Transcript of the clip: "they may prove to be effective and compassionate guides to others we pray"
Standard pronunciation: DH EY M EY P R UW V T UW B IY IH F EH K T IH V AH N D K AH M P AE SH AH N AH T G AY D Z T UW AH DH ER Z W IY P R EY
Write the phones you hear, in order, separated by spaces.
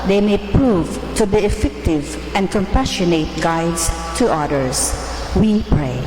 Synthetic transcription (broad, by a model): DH EY M EY P R UW V T UW B IY IH F EH K T IH V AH N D K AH M P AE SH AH N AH T G AY D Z T UW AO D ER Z W IY P R EY